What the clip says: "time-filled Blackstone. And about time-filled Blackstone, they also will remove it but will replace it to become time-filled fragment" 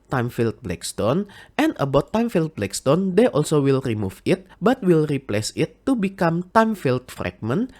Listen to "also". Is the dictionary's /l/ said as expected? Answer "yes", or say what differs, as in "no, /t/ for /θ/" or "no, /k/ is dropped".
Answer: yes